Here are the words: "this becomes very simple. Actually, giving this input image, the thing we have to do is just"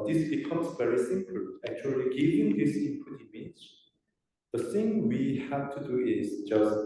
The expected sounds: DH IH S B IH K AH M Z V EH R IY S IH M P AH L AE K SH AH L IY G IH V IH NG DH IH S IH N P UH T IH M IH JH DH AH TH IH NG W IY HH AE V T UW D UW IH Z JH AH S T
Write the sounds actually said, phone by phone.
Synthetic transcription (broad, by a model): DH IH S B IH K AH M Z V EH R IY S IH M P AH L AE K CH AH L IY G IH V IH NG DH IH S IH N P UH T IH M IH Z DH AH TH IH NG W IY HH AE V T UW D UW IH Z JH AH S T